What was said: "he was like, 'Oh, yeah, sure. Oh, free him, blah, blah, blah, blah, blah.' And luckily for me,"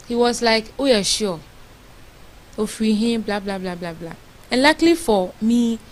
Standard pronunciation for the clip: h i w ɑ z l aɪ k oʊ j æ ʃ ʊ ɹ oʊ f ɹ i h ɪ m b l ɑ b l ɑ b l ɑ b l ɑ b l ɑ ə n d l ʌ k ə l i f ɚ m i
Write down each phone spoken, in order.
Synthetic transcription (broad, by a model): h i w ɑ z l aɪ k oʊ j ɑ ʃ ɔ oʊ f i h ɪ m b l ɑ b l ɑ b l ɑ b l ɑ b l ɑ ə n l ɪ k l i f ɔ m i